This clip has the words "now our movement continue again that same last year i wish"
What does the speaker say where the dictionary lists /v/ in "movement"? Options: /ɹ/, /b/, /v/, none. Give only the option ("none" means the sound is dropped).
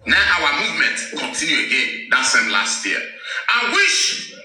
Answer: /v/